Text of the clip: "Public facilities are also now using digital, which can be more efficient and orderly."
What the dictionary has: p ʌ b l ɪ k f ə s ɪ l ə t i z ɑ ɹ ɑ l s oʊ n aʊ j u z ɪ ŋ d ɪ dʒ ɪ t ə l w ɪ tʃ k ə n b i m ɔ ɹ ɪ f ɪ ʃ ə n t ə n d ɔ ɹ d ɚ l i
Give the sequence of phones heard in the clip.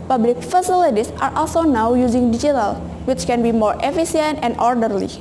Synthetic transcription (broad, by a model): p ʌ b l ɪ k f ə s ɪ l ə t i s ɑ ɹ ɑ l s oʊ n aʊ j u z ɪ ŋ d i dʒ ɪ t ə l w ɪ tʃ k ə n b i m ɔ ɹ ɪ f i s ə n t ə n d ɔ ɹ d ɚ l i